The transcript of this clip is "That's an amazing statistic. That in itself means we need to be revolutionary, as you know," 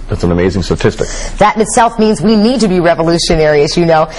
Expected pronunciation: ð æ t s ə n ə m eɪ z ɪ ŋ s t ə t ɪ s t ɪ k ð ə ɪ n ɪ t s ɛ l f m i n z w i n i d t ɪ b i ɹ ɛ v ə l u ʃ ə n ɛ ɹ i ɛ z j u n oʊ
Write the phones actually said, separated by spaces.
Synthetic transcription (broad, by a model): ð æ t s n ə m eɪ z ɪ ŋ s t ə t ɪ s t ɪ k ð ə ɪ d ɪ t s ɛ l f m i n z w i n i d t ɪ b i ɹ ɛ v ə l u ʃ ə n ɛ ɹ i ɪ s j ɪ n oʊ